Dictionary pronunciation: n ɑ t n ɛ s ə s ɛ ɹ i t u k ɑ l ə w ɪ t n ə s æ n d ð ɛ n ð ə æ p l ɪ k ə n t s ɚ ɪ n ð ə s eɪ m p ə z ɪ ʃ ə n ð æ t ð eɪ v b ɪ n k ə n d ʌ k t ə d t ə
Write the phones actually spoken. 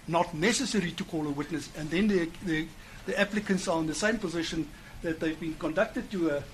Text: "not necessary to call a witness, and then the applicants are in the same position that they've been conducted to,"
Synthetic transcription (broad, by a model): n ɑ t n ɛ s ə s ɛ ɹ i t u k ɑ l ə w ɪ t n ə s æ n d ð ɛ n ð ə æ p l ɪ k ə n t s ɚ ɪ n ð ə s eɪ m p ə z ɪ ʃ ə n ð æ t ð eɪ v b ɪ n k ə n d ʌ k t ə d t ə